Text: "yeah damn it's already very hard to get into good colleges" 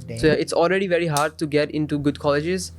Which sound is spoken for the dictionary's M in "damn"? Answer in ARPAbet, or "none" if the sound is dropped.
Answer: none